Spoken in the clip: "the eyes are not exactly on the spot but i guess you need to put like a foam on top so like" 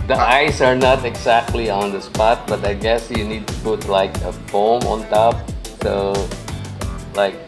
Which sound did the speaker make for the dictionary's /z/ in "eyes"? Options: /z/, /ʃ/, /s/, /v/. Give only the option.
/s/